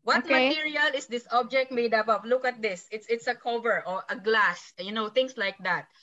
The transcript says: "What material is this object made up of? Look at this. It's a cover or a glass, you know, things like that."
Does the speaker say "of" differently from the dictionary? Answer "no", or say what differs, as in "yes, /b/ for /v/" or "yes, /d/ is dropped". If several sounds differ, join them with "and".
yes, /p/ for /v/